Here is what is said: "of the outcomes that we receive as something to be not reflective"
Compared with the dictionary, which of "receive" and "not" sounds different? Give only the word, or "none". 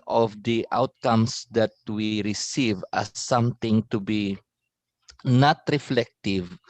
none